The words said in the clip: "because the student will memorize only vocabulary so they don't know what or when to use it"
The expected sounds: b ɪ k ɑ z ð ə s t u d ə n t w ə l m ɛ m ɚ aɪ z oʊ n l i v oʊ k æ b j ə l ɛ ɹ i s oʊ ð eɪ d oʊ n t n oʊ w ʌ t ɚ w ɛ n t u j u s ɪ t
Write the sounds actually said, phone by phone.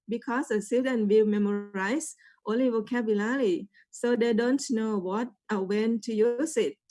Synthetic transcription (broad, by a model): b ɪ k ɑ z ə s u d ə n w ə l m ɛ m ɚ aɪ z oʊ n l i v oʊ k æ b j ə l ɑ l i s oʊ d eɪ d oʊ n t n oʊ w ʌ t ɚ w ɛ n t u j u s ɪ t